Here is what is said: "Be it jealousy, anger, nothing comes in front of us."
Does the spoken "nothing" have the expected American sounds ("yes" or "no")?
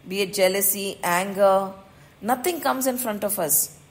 no